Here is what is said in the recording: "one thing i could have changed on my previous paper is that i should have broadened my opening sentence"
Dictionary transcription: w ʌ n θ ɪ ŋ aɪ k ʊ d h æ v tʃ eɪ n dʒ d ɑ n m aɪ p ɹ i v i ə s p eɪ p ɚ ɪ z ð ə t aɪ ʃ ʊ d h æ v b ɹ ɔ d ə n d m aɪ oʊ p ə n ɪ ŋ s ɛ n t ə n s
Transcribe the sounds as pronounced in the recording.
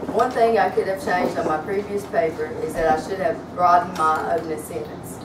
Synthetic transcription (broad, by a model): w ʌ n θ ɪ ŋ aɪ k ʊ d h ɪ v tʃ eɪ n dʒ d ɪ n m aɪ p ɹ i v i ə s p eɪ p ɚ ɪ z ð ə t aɪ ʃ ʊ d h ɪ v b ɹ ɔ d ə n m aɪ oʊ ə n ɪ s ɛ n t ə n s